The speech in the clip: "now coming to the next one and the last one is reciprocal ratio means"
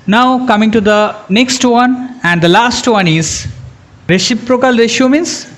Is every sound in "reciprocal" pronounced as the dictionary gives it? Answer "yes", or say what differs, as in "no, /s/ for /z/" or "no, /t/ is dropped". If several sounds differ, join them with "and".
no, /ʃ/ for /s/